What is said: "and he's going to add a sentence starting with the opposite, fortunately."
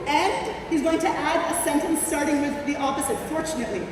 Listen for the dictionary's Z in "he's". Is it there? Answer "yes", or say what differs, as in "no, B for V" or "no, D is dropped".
yes